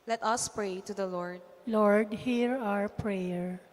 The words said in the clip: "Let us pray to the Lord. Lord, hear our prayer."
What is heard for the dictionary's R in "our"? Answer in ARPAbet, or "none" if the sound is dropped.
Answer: R